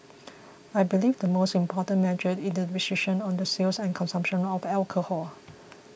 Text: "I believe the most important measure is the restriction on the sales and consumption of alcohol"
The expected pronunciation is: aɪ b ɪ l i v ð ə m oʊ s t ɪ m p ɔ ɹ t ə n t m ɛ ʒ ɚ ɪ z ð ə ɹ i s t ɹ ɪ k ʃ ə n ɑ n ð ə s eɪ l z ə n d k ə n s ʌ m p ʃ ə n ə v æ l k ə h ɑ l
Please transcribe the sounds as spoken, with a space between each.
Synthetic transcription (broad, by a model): aɪ b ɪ l i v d ə m oʊ s t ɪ m p ɔ t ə n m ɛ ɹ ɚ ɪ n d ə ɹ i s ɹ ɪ ʃ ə n ɑ n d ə s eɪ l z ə n k ə n s ʌ m p ʃ ə n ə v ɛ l k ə h ɑ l